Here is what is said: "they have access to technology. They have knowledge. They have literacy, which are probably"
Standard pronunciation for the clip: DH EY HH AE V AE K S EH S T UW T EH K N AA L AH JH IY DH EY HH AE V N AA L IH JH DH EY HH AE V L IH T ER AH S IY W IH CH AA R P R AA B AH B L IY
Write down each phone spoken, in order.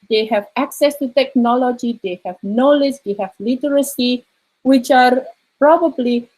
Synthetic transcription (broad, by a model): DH EY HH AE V AE K S EH S T UW T EH K N AA L AH JH IY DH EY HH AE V N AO L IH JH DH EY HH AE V L IH T ER AH S IY W IH CH AA R P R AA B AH B L IY